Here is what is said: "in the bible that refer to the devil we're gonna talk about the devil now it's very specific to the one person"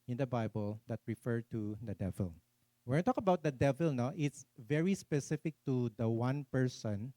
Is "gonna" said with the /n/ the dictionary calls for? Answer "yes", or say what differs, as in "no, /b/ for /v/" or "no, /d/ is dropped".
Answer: no, /n/ is dropped